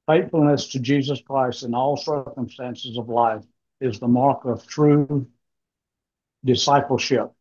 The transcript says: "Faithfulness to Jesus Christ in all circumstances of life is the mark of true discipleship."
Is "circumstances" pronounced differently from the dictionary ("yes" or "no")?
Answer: no